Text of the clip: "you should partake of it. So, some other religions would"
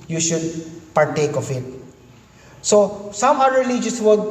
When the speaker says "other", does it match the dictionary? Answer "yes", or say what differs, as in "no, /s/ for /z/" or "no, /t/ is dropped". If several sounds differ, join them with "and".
no, /ð/ is dropped